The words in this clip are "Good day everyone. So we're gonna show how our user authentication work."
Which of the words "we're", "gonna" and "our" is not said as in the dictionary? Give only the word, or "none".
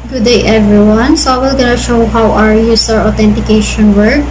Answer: we're